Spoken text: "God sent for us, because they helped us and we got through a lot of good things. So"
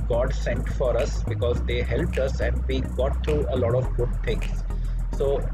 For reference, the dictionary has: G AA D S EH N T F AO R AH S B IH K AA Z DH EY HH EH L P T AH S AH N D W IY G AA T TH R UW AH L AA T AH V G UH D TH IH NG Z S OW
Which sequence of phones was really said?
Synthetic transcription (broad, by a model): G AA D S EH N T F AO R AH S B IH K AA Z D EY HH EH L P T AH S AH N D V IY G AA T T R UW AH L AA T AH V G UH D T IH NG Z S OW